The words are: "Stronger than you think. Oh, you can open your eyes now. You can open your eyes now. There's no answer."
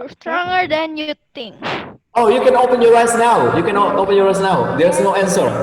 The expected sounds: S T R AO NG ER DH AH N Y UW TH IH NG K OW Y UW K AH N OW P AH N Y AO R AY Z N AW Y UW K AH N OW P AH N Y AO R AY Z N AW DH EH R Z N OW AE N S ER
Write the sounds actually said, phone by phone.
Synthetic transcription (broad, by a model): S T R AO NG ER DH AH N Y UW T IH NG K OW Y UW K AH N OW P AH N Y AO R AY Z N AW Y UW K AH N OW P AH N Y AO R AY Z N AW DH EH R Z N OW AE N S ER